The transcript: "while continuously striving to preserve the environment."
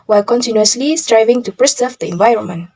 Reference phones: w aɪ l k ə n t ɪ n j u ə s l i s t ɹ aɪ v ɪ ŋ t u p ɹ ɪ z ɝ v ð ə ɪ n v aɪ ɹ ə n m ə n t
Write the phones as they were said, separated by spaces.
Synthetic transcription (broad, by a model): w aɪ l k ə n t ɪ n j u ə s l i s t ɹ aɪ v ɪ ŋ t u p ɹ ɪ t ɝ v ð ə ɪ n v aɪ ɹ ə n m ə n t